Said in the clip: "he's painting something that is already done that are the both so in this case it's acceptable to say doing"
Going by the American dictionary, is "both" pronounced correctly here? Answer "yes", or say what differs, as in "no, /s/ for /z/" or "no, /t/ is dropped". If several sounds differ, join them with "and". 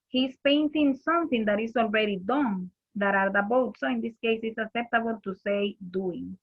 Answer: no, /t/ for /θ/